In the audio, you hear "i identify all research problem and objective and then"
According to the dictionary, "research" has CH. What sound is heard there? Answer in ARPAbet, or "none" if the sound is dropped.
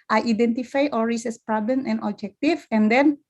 S